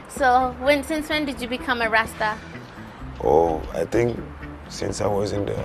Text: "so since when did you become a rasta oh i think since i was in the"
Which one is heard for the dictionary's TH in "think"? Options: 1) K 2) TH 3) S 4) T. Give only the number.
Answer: 4